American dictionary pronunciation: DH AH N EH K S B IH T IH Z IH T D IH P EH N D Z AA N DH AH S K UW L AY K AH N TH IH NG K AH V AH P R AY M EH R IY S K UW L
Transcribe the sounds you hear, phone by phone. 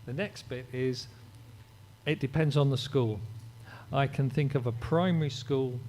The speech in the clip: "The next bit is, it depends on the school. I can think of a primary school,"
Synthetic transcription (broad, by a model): DH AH N EH K S B IH T IH Z IH T D IH P EH N D Z N DH AH S K UW L AY K AH N TH IH NG K AH V AH P R AY M EH R IY S K UW L